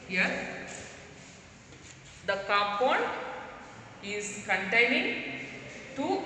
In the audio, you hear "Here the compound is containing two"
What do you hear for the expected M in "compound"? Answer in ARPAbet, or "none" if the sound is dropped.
none